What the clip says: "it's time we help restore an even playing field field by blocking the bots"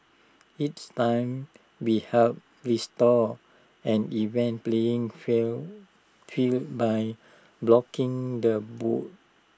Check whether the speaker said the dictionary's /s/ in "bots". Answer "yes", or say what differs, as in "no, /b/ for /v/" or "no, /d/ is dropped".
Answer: no, /s/ is dropped